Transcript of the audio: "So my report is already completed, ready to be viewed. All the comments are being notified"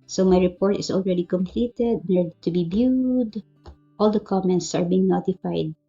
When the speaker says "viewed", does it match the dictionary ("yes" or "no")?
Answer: no